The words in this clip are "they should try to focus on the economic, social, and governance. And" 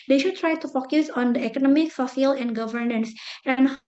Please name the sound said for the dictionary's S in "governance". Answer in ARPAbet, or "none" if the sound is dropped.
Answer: S